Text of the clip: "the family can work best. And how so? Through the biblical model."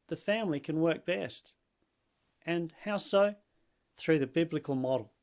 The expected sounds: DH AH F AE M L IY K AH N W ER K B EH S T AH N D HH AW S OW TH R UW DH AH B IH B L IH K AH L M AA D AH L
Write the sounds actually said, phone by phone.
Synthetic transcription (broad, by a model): DH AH F AE M L IY K AH N W ER K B EH S T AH N HH AW S OW TH R UW DH AH B IH B L IH K AH L M AA D L